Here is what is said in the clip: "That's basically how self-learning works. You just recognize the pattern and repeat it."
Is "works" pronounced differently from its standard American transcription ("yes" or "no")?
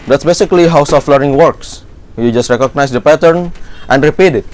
no